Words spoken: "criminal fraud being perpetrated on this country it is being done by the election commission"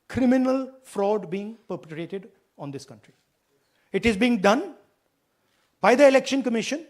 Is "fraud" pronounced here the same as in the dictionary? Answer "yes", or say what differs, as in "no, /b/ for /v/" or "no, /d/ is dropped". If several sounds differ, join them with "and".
yes